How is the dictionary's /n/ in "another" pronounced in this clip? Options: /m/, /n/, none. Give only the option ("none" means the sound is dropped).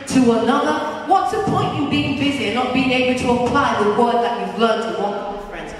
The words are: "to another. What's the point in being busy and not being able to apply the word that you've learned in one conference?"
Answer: /n/